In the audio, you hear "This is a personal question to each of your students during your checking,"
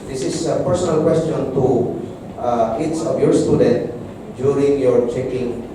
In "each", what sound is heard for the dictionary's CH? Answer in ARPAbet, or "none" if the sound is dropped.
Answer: S